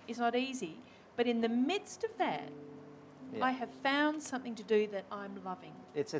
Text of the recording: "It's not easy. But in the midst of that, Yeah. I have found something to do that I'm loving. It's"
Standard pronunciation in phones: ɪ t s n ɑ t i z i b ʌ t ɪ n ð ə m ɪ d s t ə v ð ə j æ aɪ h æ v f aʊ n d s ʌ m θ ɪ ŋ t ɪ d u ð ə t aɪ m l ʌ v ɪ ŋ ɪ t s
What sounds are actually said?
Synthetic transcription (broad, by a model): ɪ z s n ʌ t i z i b ʌ t ɪ n ð ə m ɪ d s t ə v ð ə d aɪ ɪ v f aʊ n d s ʌ m θ ɪ ŋ t ɪ d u ð ə t aɪ m l ʌ v ɪ ŋ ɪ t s